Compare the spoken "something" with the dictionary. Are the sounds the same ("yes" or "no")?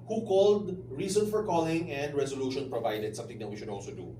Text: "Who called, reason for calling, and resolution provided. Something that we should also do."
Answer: no